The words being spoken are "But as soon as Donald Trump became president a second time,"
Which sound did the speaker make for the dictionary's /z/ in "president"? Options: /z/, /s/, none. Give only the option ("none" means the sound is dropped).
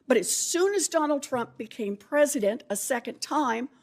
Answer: /z/